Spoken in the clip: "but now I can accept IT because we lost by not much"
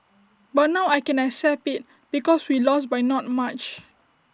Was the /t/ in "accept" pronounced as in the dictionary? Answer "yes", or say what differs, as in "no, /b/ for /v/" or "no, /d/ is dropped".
no, /t/ is dropped